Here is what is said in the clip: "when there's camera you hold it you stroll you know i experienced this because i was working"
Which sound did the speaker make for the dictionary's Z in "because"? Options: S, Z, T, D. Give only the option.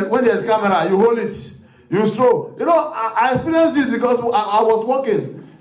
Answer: S